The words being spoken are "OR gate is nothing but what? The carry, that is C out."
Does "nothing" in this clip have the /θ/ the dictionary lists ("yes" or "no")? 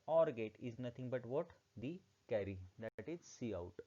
no